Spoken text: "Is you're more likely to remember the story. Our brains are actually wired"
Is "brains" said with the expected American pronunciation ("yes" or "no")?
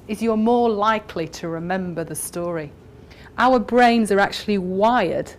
yes